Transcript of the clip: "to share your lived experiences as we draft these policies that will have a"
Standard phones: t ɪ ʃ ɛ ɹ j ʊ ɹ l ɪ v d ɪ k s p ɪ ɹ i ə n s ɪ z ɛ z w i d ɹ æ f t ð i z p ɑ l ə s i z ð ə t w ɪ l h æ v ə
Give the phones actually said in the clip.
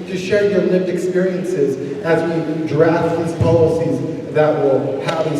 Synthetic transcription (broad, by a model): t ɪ ʃ ɛ ɹ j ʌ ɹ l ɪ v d ɪ k s p ɪ ɹ i ə n s ɪ z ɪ z w i d ɹ æ f t ð i z p ɑ l ə s i z ð ə t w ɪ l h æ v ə